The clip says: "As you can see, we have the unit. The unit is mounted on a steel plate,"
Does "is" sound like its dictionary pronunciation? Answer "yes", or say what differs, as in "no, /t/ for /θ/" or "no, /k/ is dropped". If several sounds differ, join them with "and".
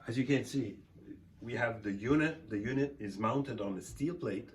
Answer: yes